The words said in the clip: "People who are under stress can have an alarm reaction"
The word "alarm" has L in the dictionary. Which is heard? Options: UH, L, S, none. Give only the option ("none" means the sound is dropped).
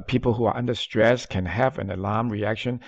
L